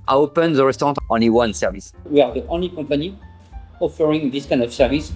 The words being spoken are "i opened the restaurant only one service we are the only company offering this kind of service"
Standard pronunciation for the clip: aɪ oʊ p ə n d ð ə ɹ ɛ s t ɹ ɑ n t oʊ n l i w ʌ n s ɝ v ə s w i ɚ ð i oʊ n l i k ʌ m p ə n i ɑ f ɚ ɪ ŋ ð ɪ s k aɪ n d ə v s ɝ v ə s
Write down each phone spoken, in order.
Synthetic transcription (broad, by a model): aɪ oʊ p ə n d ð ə ɹ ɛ s t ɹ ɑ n t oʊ n l i w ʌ n s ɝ v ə s w i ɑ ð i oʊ n l i k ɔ p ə n i ɑ f ɚ ɪ ŋ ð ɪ s k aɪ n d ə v s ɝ v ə s